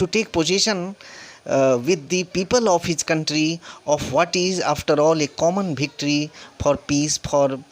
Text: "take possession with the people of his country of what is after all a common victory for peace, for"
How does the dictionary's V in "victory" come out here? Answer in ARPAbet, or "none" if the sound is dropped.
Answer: B